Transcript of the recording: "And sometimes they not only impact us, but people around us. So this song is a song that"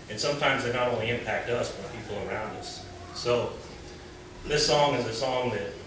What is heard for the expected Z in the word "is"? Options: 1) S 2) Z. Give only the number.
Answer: 2